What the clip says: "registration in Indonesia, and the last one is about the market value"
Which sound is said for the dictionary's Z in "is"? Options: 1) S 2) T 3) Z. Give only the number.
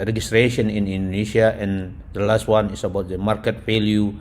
1